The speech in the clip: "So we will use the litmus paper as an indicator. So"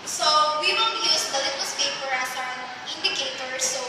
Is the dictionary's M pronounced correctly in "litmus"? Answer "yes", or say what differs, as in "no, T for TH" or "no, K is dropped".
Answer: no, M is dropped